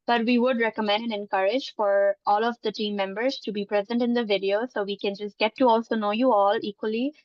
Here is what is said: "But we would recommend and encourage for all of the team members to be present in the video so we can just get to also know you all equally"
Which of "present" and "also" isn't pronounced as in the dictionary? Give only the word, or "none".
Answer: none